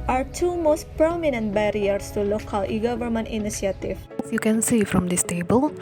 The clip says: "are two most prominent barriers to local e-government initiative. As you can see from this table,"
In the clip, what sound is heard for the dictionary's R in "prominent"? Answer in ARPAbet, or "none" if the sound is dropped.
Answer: R